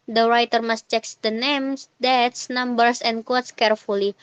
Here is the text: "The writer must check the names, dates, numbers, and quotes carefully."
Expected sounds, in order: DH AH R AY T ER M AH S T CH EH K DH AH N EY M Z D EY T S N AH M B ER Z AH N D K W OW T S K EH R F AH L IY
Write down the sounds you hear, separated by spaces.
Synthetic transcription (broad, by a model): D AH R AY T ER M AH S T CH EH K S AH N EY M S D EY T S N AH M B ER S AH N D K W OW T S K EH R F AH L IY